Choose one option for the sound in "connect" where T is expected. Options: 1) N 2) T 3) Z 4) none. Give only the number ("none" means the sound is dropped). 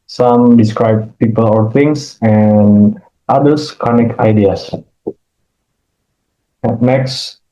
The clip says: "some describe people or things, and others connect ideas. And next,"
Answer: 4